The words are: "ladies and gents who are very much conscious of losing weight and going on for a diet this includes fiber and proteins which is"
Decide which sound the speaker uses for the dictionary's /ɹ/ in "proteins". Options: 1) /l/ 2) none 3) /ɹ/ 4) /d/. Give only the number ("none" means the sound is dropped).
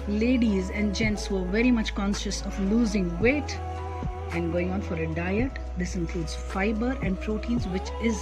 3